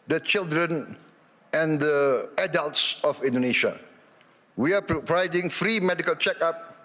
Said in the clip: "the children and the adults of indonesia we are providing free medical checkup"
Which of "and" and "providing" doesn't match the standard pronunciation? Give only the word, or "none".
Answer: providing